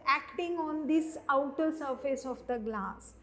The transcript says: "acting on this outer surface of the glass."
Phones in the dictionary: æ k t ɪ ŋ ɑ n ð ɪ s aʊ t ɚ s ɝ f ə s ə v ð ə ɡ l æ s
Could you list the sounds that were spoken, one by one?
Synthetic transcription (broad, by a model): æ k t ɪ ŋ ɑ n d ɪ s aʊ t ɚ s ɝ f ə s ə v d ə ɡ l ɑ s